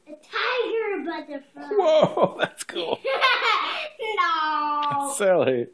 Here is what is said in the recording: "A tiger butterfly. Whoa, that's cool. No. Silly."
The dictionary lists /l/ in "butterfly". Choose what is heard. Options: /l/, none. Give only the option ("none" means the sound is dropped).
none